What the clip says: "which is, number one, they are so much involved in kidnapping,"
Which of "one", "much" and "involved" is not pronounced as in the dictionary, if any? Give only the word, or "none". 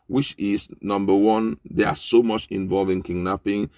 involved